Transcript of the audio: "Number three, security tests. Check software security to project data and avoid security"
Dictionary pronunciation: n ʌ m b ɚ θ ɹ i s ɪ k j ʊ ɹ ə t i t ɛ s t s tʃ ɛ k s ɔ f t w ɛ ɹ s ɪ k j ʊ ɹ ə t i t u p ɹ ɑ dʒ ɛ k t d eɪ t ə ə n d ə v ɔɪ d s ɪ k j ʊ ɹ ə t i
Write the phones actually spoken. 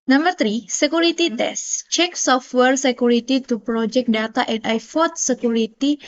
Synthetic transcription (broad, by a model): n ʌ m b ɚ t ɹ i s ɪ k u ɹ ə t i t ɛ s s tʃ ɛ k s ɔ f t w ɛ ɹ s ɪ k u ɹ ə t i t u p ɹ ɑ dʒ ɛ k d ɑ t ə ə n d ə f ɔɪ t s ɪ k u ɹ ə t i